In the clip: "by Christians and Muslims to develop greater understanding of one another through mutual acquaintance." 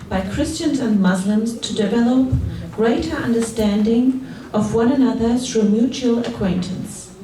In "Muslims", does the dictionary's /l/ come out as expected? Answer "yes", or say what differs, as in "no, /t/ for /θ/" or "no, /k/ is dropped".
yes